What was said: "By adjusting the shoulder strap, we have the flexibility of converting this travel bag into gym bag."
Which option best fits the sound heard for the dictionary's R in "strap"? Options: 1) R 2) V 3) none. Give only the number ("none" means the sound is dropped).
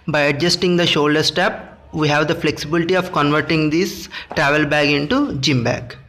3